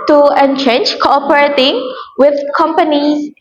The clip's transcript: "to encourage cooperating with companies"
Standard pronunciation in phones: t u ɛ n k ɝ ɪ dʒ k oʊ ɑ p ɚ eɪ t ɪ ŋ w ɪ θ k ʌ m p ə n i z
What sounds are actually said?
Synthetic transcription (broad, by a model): t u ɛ n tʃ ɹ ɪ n k oʊ ɑ p ɚ eɪ t ɪ ŋ w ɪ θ k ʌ m p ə n i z